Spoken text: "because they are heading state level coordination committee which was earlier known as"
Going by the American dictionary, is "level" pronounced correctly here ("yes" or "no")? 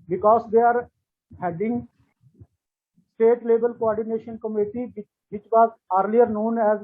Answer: no